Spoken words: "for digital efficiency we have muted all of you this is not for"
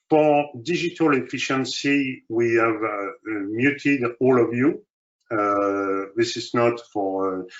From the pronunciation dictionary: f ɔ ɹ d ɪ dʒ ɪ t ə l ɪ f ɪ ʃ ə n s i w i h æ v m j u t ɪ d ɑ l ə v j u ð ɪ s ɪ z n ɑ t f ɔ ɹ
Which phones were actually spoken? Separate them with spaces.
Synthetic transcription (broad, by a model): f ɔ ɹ d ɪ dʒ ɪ t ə l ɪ f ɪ ʃ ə n s i w i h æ v m j u t ɪ d ɑ l ə v j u ð ɪ s ɪ z n ɑ t f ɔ ɹ